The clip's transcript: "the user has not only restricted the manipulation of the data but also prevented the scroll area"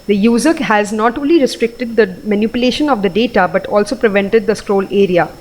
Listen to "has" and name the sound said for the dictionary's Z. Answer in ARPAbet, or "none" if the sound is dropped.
Z